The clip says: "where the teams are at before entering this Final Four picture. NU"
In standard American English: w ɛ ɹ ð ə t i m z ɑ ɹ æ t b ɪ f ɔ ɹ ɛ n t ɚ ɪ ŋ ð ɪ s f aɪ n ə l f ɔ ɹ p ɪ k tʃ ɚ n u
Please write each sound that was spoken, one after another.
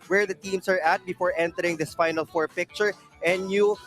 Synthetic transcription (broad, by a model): w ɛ ɹ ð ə t i m s ɑ ɹ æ t b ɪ f ɔ ɹ ɛ n t ɚ ɪ ŋ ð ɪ s f aɪ n ə l f ɔ ɹ p ɪ k tʃ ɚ n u